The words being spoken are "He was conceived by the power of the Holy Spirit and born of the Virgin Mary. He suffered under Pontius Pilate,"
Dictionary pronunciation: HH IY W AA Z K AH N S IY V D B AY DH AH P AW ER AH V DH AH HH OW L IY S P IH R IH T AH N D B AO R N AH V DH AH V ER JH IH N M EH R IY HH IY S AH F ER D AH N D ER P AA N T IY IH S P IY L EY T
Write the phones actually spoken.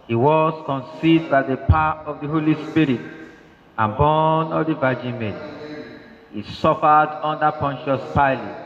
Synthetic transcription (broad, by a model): HH IY W AA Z K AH N S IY D B AY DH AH P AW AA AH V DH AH HH OW L IY S P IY R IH T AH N B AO N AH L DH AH V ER JH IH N M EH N HH IY S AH F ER D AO N D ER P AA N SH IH S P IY L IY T